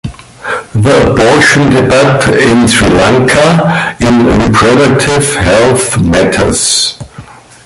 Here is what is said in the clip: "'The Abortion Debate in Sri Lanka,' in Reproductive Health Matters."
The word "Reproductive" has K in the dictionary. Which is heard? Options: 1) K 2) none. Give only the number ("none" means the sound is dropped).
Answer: 2